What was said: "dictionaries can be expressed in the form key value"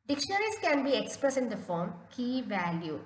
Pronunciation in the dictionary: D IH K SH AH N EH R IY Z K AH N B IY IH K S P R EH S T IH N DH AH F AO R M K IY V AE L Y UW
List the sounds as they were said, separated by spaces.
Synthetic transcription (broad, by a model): D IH K SH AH N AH R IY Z K AH N B IY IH K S P R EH S IH N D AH F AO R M K IY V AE L Y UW